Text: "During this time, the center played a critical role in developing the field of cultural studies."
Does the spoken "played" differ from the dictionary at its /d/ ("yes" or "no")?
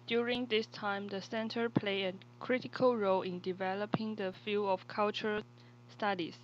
yes